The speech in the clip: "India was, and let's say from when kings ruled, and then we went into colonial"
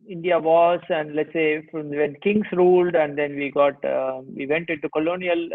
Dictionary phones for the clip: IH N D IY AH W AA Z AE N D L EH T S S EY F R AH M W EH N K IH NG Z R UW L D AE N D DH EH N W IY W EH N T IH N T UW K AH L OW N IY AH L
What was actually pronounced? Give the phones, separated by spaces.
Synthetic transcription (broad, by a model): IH N D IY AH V AA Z AE N D L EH T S S EY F R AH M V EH N K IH NG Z R UW L D AE N D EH N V IY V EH N T IH N T UW K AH L OW N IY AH L